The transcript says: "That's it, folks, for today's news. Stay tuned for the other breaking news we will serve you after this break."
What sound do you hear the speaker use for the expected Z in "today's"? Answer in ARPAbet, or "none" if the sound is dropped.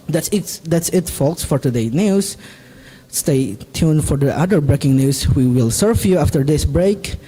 none